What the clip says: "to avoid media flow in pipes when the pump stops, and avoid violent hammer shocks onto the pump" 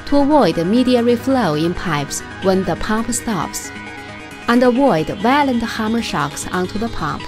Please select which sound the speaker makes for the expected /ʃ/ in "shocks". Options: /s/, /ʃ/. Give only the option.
/ʃ/